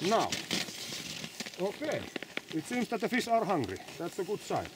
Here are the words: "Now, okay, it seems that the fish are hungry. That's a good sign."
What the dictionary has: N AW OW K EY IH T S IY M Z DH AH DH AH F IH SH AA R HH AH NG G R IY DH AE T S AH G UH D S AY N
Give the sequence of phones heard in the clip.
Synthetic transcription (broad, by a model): N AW OW K EY IH T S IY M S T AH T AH F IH S AA R HH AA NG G R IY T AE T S AH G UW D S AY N